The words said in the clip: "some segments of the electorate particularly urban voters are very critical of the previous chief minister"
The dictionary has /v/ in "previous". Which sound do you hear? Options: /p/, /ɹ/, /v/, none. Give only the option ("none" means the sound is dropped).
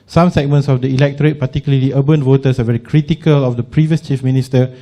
/v/